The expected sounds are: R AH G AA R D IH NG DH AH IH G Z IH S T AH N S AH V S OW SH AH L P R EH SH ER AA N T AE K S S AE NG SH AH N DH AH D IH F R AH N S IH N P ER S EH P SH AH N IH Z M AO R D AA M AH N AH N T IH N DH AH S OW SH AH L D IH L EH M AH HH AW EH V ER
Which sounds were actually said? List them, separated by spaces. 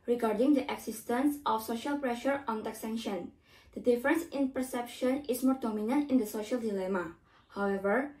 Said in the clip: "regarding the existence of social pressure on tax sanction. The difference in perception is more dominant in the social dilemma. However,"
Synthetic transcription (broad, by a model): R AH G AA R D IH NG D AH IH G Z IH S T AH N S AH F S OW SH AH L P R EH SH ER AA N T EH K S S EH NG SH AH N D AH D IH F R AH N S IH N P ER S EH P SH AH N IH S M AO R D AA M AH N AH N T IH N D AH S OW SH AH L D IH L EH M AH HH AW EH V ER